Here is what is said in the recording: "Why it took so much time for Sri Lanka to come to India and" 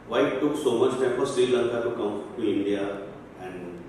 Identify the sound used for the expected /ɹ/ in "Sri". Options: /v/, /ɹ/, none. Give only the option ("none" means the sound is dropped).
none